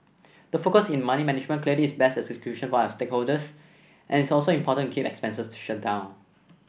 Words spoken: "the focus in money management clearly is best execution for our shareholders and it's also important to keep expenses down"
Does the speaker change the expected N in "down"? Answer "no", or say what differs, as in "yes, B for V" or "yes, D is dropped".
no